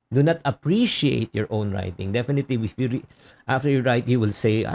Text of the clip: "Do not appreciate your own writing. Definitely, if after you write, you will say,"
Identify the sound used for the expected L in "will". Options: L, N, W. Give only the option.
L